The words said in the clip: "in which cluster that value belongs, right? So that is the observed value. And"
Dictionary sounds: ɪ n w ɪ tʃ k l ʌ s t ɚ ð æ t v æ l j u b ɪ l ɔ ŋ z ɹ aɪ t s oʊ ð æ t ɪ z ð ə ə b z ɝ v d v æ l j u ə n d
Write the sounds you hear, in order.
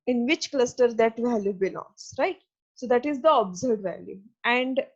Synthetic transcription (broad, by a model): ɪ n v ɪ tʃ k l ʌ s t ɚ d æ t v æ l j u b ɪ l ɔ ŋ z ɹ aɪ t s oʊ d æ t ɪ z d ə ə b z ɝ d v æ l j u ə n d